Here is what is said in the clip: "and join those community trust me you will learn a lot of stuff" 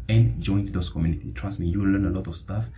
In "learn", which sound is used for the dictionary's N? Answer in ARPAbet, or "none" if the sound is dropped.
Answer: N